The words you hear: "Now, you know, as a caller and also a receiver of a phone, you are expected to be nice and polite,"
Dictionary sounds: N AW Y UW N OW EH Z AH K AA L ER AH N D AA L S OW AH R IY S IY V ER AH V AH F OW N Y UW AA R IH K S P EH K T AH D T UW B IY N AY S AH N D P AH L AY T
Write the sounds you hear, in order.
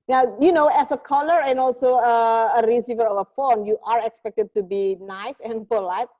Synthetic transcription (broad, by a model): N AW Y UW N OW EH S AH K AA L ER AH N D AA L S OW AH R IY S IY V ER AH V AH F OW N Y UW AA R IH K S P EH K T AH D T UW B IY N AY S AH N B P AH L AY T